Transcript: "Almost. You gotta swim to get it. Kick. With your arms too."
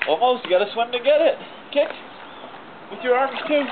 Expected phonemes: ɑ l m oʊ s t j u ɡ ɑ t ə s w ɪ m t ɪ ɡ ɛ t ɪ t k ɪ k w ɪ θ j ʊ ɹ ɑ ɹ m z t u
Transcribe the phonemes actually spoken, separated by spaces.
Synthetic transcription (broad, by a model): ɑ l m oʊ s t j ɡ ɑ t ə s w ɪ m t ɪ ɡ ɛ t ɪ t k ɪ k w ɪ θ j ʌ ɹ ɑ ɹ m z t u